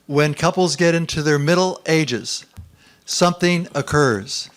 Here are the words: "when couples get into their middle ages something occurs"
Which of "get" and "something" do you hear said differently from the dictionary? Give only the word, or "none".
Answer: none